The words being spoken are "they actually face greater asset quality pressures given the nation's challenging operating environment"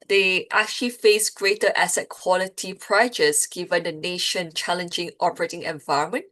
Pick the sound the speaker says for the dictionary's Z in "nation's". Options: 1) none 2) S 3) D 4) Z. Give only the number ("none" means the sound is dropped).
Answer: 1